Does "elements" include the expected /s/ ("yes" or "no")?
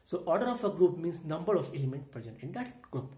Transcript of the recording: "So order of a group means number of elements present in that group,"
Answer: no